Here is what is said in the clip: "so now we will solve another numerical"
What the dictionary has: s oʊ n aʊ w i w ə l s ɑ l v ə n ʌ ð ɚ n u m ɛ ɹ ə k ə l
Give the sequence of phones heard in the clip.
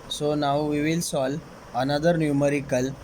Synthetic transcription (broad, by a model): s oʊ n aʊ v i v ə l s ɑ l ə n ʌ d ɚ n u m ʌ ɹ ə k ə l